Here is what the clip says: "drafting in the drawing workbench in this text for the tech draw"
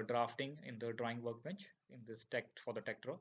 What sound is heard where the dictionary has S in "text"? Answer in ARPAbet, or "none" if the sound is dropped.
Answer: none